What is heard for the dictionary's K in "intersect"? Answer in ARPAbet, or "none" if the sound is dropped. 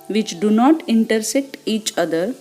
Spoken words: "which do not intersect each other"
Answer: K